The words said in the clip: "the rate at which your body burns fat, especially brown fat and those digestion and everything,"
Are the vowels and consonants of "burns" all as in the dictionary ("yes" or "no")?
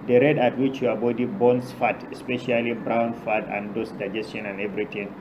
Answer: no